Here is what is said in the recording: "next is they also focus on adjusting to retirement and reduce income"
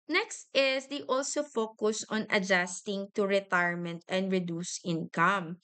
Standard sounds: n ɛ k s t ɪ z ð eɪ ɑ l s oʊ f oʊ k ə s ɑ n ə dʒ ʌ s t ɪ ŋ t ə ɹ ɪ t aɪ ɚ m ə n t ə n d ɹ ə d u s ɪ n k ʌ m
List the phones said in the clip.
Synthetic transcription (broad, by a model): n ɛ k s t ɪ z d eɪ ɑ l s oʊ f oʊ k ə s ɑ n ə dʒ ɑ s t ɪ ŋ t ə ɹ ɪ t aɪ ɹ m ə n t ə n d ɹ ə d u s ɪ n k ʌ m